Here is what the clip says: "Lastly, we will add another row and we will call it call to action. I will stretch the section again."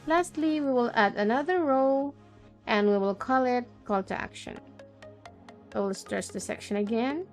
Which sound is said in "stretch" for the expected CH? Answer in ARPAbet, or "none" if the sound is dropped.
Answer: S